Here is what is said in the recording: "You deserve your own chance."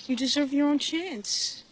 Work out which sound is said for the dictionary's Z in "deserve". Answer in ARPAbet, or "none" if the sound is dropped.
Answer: Z